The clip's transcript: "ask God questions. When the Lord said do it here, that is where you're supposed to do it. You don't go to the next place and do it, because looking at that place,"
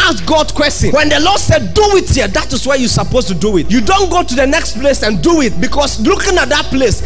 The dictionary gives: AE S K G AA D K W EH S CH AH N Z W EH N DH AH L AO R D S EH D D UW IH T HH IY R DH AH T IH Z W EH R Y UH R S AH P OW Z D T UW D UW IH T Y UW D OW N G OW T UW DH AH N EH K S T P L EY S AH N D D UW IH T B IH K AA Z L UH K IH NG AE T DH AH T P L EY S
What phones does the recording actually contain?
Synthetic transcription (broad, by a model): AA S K G AA D K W EH S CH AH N W EH N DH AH L AO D S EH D D UW IH T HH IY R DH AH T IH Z W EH Y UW S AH P OW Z T UW D UW IH T Y UW D OW N G OW T UW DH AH N EH K S T P L EY S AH N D D UW IH T B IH K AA S L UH K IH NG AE T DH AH T P L EY S